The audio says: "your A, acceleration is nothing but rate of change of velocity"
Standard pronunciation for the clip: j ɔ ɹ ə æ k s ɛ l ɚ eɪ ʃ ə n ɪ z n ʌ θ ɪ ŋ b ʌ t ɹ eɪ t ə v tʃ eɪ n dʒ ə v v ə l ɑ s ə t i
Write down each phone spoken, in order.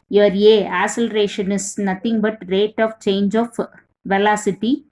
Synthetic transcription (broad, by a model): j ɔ ɹ ə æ s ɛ l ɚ eɪ ʃ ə n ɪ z n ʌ t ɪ ŋ b ʌ t ɹ eɪ t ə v tʃ eɪ n dʒ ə f v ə l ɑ s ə t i